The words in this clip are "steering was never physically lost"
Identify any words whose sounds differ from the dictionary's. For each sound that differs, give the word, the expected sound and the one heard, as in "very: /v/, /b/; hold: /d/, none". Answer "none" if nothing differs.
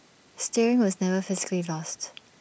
none